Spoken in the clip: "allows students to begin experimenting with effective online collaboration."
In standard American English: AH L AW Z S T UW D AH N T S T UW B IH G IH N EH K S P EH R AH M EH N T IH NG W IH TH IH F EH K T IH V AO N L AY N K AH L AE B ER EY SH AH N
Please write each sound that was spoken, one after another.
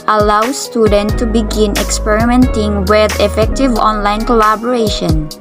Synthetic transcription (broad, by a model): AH L AW S T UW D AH N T T UW B IH G IH N EH K S P EH R AH M EH N T IH NG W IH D IH F EH K T IH V AO N L AY N K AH L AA B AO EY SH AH N